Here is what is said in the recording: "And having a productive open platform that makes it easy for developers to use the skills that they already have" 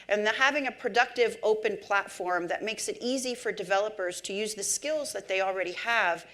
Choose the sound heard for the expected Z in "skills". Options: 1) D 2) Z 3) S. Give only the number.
2